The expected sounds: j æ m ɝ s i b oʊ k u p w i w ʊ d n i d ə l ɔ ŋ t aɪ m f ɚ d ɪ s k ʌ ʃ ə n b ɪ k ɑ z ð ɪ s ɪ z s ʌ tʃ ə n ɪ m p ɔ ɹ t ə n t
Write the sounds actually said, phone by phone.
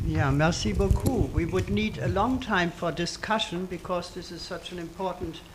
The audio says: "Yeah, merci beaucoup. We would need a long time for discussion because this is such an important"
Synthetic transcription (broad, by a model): j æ m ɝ s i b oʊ k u w i w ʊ d n i d ə l ɔ ŋ t aɪ m f ɚ d ɪ s k ʌ ʃ ə n b ɪ k ɑ z ð ɪ s ɪ z s ʌ tʃ ə n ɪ m p ɔ ɹ t n t